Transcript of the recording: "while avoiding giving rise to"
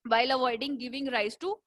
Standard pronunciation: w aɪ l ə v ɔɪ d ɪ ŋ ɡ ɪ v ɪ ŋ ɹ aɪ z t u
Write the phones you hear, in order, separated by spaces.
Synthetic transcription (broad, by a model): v aɪ l ə v ɔɪ d ɪ ŋ ɡ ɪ v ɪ ŋ ɹ aɪ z t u